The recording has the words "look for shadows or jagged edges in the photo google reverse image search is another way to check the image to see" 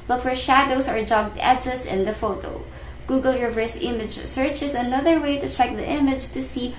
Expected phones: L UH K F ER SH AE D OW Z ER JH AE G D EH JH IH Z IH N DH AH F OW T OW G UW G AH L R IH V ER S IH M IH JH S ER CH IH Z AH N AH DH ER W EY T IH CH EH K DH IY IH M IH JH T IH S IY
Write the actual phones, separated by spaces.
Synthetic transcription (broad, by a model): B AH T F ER SH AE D OW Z ER JH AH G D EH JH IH S IH N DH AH F OW T OW G UW G AH L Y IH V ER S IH M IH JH S ER CH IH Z AH N AH DH ER W EY T IH CH EH K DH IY IH M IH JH T IH S IY